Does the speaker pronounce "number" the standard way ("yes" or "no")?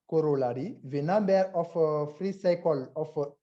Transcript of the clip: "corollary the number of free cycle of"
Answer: no